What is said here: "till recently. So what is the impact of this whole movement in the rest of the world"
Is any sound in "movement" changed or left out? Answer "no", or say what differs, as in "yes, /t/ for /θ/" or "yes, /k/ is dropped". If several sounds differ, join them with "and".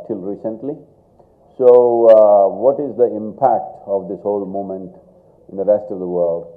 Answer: yes, /v/ is dropped